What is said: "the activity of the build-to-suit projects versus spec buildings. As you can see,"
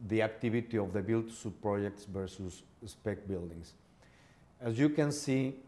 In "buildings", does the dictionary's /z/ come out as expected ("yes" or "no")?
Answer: no